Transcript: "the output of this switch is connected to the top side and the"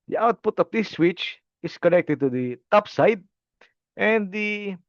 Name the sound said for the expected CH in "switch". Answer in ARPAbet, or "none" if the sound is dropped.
CH